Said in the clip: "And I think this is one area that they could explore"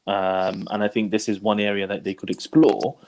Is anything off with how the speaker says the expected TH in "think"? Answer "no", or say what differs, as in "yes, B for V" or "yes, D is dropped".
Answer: no